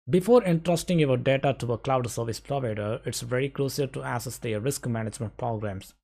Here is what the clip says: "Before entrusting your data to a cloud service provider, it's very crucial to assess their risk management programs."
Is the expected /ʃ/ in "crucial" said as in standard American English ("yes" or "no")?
no